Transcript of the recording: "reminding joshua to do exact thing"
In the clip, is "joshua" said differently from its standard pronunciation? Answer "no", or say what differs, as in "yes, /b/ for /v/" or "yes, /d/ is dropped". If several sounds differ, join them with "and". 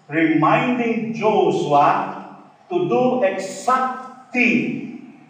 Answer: yes, /s/ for /ʃ/